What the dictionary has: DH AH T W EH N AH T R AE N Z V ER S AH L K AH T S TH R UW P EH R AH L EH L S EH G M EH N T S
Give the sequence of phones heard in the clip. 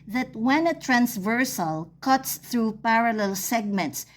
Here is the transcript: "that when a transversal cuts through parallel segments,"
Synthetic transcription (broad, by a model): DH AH T W EH N AH T R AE N S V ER S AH L K AH T S TH R UW P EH R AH L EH L S EH G M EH N T S